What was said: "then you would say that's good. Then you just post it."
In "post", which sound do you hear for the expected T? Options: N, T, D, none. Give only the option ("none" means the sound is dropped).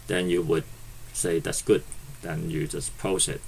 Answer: none